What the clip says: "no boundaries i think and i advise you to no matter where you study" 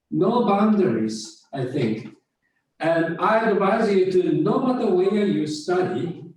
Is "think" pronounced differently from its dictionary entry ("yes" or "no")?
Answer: no